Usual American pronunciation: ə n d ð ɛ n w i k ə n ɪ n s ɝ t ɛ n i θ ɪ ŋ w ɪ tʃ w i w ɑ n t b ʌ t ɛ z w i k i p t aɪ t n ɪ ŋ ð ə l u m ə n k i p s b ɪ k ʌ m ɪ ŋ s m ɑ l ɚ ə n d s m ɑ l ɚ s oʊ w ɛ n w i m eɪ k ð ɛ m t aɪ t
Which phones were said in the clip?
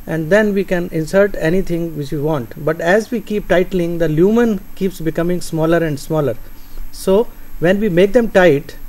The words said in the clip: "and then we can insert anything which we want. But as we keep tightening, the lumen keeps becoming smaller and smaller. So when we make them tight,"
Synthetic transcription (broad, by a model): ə n d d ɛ n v i k ə n ɪ n s ɝ t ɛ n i t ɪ ŋ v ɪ tʃ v i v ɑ n t b ʌ t ɛ z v i k i p t aɪ t l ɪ ŋ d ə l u m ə n k i p s b ɪ k ʌ m ɪ ŋ s m ɑ l ɚ ə n d s m ɑ l ɚ s oʊ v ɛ n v i m eɪ k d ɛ m t aɪ t